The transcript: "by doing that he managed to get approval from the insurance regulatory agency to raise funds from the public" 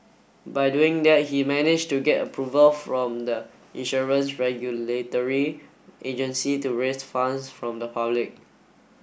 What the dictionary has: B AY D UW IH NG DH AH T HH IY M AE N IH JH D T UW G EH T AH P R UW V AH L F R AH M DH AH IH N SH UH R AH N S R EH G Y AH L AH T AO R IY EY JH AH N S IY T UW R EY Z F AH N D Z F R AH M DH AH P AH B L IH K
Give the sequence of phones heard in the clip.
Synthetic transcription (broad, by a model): B AY D UW IH NG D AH T HH IY M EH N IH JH T UW G EH T AH P R UW V AH L F R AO M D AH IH N SH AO R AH N S R EH G Y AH L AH T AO R IY EY JH AH N S IY T UW R EY S F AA N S F R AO M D AH P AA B L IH K